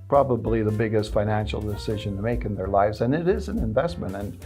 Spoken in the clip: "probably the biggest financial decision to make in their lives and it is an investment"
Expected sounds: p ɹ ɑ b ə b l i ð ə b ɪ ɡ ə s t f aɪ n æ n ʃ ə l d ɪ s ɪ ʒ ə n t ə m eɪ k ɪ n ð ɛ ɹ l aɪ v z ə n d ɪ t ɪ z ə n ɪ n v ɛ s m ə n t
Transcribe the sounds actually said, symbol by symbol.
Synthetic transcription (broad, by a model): p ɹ ɑ b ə b l i ð ə b ɪ ɡ ə s t f aɪ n æ n ʃ l d ɪ s ɪ ʒ ə n t ə m eɪ k ɪ n ð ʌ ɹ l aɪ v z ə n ɪ t ɪ z ə n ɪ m v ɛ s m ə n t